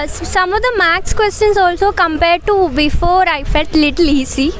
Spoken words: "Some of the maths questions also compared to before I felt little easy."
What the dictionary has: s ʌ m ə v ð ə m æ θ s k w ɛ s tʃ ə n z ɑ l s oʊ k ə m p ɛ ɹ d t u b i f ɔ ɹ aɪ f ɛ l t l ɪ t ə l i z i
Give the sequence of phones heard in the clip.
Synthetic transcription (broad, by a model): s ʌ m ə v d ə m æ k s k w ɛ s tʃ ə n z ɑ l s oʊ k ə m p ɛ ɹ d t u b i f ɔ ɹ aɪ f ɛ t l ɪ t ə l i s i